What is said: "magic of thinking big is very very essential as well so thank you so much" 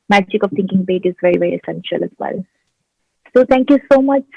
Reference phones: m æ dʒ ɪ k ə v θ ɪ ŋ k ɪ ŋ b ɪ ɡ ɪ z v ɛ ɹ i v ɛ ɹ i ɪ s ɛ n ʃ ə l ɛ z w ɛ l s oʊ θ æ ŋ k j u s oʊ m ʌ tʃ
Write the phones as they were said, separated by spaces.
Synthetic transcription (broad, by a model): m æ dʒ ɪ k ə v t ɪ ŋ k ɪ ŋ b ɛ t ɪ z v ɛ ɹ i v ɛ ɹ i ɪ s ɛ n ʃ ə l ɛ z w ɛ l s oʊ t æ ŋ k j u s oʊ m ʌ tʃ